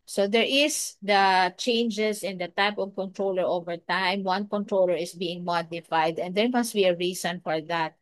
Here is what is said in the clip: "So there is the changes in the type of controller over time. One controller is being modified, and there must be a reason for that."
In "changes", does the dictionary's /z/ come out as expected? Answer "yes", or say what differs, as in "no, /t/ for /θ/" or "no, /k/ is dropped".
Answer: no, /s/ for /z/